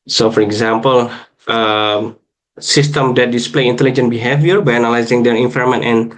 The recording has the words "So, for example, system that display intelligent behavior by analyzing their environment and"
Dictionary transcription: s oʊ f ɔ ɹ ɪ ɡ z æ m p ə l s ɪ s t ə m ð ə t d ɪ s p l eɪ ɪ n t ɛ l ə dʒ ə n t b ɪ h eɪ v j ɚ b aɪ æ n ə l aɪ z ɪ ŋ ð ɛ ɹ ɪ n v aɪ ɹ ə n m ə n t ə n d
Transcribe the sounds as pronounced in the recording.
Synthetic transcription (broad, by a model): s oʊ f ɔ ɹ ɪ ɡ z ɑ m p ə l s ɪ s t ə m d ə t d ɪ s p l eɪ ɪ n t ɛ l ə dʒ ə n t b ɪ h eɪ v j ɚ b aɪ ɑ n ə l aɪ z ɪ ŋ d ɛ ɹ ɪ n f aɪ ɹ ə m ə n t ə n